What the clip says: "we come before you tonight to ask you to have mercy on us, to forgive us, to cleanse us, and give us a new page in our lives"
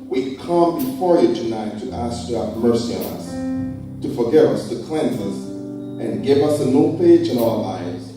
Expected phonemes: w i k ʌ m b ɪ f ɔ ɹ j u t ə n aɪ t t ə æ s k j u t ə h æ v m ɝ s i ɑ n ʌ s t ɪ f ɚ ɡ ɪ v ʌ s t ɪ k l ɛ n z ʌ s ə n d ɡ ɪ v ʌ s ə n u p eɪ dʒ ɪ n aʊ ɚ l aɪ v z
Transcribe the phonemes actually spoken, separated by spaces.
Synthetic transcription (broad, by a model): w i k ʌ m b ɪ f ɔ ɹ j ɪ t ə n aɪ t t æ s k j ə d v m ɝ s i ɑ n ʌ s t ɪ f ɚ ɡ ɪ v ʌ s t ɪ k l ɛ n z ʌ s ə n ɡ ɪ v ʌ s ə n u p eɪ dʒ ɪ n aʊ ɚ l aɪ v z